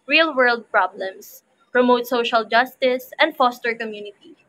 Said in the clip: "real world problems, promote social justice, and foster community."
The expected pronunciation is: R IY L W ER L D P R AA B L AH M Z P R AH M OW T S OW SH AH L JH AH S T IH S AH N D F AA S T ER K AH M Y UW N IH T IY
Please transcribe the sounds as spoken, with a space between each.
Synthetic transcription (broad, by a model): R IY L W ER L D P R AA B L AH M S P R AH M OW T S OW SH AH L JH AH S T IH S AH N D F AA S T ER K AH M Y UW N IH T IY